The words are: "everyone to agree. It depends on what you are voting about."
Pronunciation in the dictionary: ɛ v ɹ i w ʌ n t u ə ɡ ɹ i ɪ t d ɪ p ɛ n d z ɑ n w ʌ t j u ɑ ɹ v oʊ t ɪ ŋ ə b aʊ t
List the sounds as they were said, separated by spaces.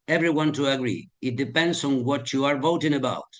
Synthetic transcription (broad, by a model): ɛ v ɹ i w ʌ n t u ə ɡ ɹ i ɪ t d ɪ p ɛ n d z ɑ n w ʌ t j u ɑ ɹ v oʊ t ɪ ŋ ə b aʊ t